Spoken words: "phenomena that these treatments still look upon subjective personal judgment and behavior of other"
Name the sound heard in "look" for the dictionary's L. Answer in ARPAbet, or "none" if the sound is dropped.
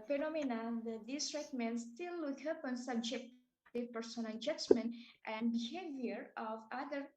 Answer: W